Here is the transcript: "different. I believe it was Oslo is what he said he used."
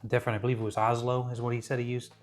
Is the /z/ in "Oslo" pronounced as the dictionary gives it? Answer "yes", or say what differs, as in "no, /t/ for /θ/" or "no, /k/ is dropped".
yes